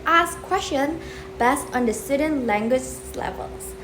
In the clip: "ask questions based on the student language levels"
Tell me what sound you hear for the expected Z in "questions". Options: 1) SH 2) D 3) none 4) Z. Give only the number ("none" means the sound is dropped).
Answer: 3